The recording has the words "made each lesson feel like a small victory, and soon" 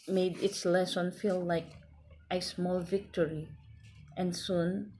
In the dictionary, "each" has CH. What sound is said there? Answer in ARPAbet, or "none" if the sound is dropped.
S